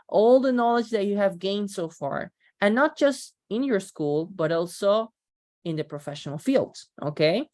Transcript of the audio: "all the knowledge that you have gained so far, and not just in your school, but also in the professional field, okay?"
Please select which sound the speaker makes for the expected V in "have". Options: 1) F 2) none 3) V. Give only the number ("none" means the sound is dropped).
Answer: 3